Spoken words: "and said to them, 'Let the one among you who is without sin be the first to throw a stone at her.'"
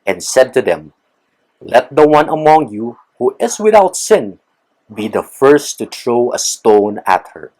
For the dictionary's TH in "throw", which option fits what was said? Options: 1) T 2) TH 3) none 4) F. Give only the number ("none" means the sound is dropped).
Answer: 1